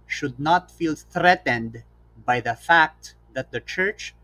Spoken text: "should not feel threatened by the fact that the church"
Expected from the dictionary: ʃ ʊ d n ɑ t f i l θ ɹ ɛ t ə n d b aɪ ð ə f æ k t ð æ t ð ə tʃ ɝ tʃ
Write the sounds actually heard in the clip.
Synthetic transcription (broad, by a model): ʃ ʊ d n ɑ t f i l θ ɹ ɛ t ə n d b aɪ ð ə f æ k t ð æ t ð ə tʃ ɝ tʃ